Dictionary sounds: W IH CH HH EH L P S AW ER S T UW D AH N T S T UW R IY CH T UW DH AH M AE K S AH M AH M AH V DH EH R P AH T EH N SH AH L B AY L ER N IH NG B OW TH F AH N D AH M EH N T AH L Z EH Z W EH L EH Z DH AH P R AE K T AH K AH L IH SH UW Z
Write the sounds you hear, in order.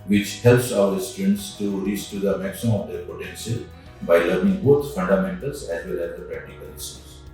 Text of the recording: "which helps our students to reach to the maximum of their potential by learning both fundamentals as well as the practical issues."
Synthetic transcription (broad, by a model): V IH CH HH EH L P S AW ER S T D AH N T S T UW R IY S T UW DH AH M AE K S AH M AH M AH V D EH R P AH T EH N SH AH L B AY L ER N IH NG B OW T F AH N D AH M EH N T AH L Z EH Z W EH L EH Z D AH P R AE K T AH K AH L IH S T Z